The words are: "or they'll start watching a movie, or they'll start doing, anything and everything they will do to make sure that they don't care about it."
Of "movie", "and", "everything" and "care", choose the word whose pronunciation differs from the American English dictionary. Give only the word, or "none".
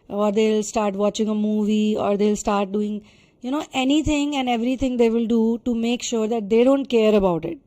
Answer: everything